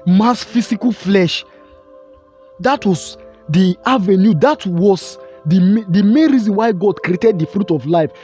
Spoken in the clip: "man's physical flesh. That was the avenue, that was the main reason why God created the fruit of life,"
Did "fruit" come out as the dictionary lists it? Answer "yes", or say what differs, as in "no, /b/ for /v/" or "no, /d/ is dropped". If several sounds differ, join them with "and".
yes